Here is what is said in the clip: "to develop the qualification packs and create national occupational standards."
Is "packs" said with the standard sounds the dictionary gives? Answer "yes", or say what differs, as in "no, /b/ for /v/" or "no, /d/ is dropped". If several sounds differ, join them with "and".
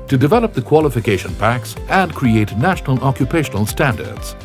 yes